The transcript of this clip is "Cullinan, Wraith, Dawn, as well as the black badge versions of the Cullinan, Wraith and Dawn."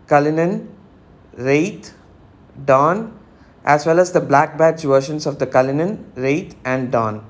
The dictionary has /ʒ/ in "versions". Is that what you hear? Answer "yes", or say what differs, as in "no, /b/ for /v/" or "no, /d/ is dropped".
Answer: no, /ʃ/ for /ʒ/